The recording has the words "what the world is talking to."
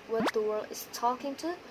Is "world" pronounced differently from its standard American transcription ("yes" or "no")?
no